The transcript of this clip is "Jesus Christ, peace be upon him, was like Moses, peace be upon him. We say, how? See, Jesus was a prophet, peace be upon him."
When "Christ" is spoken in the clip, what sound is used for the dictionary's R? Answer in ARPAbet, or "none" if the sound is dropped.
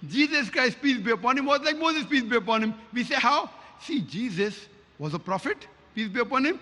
R